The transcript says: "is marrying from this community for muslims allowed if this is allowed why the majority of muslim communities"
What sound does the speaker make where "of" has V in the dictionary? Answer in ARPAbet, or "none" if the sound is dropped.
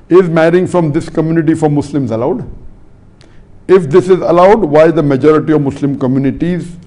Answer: V